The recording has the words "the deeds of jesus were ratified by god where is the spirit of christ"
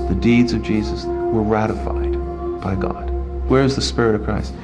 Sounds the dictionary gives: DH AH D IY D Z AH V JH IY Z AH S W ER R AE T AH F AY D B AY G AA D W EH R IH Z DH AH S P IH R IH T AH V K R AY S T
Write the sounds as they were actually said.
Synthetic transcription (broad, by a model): DH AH D IY D Z AH V JH IY Z AH S W ER R AE T AH F AY D B AY G AA D W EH R IH Z DH AH S P IH R IH T AH V K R AY S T